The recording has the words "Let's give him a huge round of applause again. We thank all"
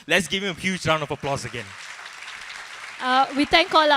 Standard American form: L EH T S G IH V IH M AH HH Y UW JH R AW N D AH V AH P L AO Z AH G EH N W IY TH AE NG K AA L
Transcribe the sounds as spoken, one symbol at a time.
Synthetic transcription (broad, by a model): L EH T S G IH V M AH HH Y UW JH R AW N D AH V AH P L AO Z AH G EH N W IY T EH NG K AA L